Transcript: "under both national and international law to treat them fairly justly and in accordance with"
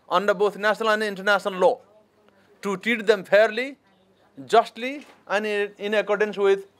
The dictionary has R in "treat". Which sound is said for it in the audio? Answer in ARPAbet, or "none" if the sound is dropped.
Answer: none